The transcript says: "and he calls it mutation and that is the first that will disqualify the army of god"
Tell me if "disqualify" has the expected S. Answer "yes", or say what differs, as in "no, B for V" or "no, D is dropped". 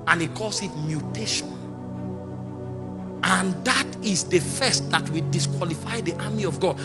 yes